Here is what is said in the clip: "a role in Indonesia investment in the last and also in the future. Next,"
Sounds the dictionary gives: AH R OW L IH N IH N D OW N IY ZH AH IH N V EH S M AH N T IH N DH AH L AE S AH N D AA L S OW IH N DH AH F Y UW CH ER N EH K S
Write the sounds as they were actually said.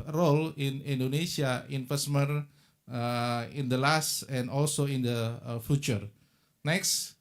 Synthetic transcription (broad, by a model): R OW L IH N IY N D OW N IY S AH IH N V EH S M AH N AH IH N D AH L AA S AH N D AA L S OW IH N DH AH F Y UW CH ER N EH K S